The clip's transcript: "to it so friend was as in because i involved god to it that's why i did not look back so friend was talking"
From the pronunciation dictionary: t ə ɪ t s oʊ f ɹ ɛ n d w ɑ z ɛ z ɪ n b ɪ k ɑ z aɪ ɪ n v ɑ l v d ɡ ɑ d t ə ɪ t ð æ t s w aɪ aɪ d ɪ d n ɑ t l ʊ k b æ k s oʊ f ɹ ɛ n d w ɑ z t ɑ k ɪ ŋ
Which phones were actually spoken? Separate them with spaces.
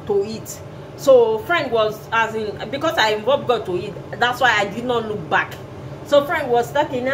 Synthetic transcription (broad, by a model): t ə ɪ t s oʊ f ɹ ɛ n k w ɑ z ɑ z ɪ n b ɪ k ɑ s aɪ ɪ v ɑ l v ɡ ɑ t ə ɪ t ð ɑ t s w aɪ aɪ d ɪ d n ɑ t l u k b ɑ k s oʊ f ɹ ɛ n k w ɑ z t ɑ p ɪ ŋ